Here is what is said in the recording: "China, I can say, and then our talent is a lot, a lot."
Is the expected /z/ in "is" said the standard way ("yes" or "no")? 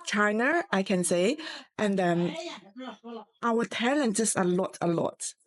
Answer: no